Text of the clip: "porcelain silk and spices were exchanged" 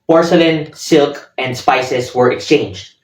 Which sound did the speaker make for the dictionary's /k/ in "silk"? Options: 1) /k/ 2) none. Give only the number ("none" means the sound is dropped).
1